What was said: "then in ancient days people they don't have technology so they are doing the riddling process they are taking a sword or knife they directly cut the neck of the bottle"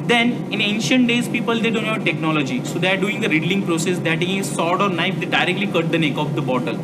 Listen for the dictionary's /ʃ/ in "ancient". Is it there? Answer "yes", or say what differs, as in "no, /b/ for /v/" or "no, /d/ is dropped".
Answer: yes